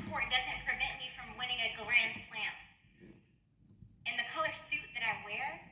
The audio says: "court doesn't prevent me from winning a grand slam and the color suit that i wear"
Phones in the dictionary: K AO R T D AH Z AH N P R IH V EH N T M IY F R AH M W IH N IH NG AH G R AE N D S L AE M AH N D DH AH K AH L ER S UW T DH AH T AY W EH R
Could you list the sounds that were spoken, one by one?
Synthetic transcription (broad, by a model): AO R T D AH Z AH N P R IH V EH N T M IY F R AH M W IH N IH NG AH G L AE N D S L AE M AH N DH AH K AH L ER S UW T DH AH T AY W EH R